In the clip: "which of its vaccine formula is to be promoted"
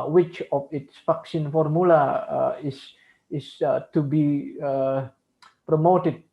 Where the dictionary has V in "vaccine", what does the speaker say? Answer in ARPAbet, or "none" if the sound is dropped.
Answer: F